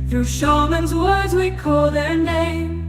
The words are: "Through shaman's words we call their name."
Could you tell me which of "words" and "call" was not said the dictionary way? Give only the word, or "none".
none